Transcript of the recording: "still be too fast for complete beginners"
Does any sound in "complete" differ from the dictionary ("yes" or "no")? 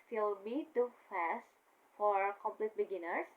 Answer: no